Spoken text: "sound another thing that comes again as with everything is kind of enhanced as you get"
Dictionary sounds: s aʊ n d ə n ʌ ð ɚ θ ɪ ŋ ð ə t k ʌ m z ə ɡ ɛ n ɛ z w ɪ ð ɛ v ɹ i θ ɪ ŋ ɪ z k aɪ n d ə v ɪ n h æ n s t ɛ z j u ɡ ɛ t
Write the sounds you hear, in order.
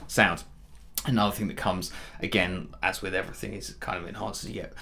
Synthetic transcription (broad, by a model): s aʊ n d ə n ʌ ð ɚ θ ɪ ŋ ð ə t k ʌ m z ə ɡ ɛ n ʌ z w ɪ ð ɛ v ɹ i θ ɪ ŋ ɪ z k aɪ n d ə v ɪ n h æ n s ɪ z j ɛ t